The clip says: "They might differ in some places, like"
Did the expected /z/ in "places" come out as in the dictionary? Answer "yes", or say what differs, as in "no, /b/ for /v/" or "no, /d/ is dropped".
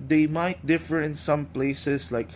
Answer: no, /s/ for /z/